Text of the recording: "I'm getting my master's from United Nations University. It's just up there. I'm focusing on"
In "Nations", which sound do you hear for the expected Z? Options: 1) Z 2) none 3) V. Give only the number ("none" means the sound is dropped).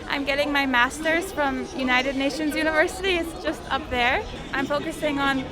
1